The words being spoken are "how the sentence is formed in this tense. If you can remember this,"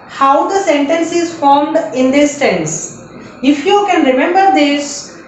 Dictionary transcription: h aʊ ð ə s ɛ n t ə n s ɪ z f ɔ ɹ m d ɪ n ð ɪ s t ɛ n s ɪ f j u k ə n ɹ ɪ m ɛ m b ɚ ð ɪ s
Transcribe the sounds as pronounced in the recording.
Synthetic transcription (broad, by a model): h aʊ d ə s ɛ n t ə n s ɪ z f ɔ ɹ m d ɪ n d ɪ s t ɛ n s ɪ f j u k ə n ɹ ɪ m ɛ m b ɚ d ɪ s